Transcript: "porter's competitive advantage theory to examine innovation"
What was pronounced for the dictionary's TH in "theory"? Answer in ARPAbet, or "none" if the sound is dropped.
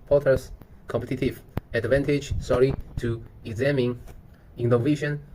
S